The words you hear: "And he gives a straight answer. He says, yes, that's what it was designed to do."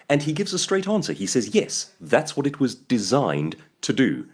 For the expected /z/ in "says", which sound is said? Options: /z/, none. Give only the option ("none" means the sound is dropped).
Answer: /z/